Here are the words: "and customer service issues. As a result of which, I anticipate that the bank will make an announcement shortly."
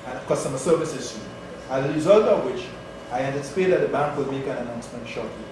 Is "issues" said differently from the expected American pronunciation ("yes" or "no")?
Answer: yes